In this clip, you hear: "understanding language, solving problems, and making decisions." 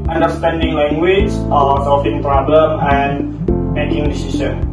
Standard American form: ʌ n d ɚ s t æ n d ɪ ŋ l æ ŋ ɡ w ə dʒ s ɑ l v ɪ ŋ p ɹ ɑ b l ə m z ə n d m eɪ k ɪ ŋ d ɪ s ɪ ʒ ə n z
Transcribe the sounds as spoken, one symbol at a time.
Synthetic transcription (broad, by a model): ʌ n d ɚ s t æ n d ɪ ŋ l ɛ ŋ ɡ w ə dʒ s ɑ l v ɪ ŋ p ɹ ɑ b l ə m ə n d m eɪ k ɪ ŋ d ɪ s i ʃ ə n